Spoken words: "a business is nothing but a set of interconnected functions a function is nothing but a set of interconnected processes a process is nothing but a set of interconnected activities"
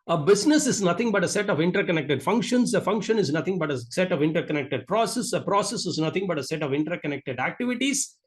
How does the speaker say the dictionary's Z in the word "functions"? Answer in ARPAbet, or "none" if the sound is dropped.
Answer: S